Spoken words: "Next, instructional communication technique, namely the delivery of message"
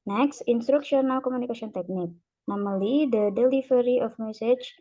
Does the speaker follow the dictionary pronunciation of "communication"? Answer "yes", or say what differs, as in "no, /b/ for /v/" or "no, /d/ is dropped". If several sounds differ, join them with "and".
no, /s/ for /ʃ/